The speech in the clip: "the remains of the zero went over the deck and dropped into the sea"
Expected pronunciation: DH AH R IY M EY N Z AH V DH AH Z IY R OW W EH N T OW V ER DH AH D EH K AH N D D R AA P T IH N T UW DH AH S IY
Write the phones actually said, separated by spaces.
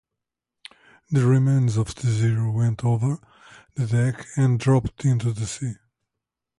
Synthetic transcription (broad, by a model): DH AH R IY M EY N Z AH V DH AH Z IY R OW W EH N T OW V ER DH AH D EH K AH N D D R AA P T IH N T UW DH AH S IY